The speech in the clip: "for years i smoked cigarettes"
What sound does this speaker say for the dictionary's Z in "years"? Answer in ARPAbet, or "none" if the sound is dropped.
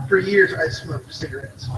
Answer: Z